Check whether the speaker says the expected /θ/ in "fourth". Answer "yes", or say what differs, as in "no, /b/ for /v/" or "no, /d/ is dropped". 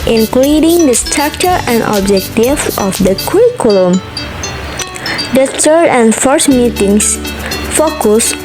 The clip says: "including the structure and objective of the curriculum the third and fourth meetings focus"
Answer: no, /s/ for /θ/